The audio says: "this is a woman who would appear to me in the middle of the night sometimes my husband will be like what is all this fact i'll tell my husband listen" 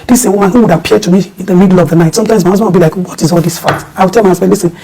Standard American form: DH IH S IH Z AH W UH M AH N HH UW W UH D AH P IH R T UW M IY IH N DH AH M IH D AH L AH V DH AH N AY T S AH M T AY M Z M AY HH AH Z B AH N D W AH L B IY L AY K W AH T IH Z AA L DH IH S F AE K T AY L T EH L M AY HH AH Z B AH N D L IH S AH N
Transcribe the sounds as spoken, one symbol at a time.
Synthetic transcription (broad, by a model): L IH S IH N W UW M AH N HH UW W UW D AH P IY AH T UW M IY IH N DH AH M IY D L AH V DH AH N AY T S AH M T AY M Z M AY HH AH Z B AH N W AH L B IY L AY K W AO T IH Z AA L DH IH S F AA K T AY W T EH L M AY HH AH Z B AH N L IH S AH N